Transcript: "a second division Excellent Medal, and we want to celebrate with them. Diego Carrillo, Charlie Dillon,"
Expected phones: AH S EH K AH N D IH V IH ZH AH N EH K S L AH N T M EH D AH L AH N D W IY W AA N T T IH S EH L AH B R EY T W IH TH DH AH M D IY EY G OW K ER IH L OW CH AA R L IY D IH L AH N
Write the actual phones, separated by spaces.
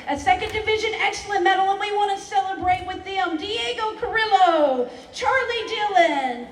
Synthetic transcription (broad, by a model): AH S EH K AH N D IH V IH ZH AH N EH K S L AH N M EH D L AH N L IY W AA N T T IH S EH L AH B R EY T W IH DH AH M D IY EY G OW K ER IH L OW CH AA R L IY D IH L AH N